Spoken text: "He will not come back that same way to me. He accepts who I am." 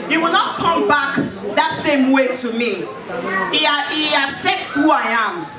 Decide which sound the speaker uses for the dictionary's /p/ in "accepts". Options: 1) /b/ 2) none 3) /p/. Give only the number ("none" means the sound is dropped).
2